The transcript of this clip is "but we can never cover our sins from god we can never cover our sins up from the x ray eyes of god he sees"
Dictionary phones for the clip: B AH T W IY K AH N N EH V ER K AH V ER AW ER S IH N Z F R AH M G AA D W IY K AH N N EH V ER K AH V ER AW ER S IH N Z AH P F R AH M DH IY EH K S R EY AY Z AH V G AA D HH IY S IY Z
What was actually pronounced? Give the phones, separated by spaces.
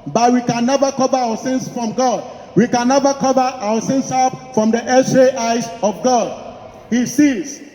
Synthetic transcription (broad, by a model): B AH T W IY K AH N N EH V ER K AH V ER AW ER S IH N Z F R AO M G AA D W IY K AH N N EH V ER K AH V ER AW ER S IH N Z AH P F R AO M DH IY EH S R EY AY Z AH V G AA D HH IY S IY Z